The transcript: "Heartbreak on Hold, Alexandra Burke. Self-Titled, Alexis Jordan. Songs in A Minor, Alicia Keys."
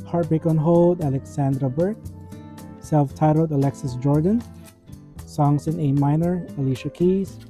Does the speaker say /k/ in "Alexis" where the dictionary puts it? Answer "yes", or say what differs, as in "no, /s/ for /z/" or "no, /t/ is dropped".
yes